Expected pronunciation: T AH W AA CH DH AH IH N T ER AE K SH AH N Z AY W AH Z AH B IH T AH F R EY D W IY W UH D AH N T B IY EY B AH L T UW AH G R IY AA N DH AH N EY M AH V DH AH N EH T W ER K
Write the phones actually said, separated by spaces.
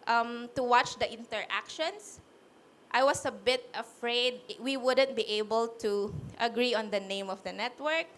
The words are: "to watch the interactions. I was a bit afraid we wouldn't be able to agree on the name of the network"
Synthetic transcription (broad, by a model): T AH W AA CH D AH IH N T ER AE K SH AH N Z AY W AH S AH B IH T AH F R EY D W IY W UH D AH N T B IY EY B AH L T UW AH G R IY AA N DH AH N EY M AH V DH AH N EH T W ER K